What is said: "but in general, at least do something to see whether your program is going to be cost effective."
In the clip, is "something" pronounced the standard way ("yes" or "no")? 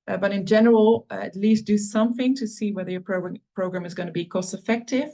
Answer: yes